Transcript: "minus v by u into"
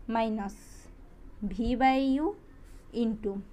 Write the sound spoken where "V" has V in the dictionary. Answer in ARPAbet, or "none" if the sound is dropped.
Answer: B